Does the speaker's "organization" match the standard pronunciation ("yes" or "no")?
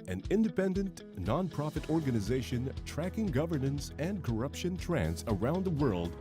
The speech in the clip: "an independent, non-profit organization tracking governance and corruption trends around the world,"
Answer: yes